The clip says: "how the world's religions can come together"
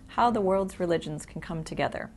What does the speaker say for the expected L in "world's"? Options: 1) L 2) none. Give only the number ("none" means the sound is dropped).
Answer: 1